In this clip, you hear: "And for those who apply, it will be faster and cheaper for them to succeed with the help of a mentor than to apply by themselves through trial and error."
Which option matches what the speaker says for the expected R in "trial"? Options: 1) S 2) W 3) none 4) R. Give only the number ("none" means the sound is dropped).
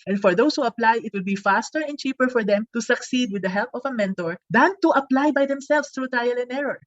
3